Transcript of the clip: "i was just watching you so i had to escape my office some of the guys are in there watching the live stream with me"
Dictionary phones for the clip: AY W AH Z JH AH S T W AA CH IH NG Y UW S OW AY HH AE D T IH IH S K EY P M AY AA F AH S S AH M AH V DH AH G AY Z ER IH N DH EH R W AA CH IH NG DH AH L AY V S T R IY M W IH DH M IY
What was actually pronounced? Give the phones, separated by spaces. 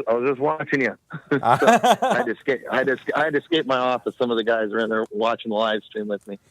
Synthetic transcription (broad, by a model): AY W AH Z JH AH S T W AA CH IH NG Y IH S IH AY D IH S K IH IH S K EY P M AY AA F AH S S AH M AH V DH AH G AY Z ER IH N DH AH R W AA CH IH NG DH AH L AY V S T R IY M W IH DH M IY